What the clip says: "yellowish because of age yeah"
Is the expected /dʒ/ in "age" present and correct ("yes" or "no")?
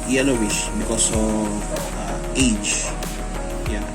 no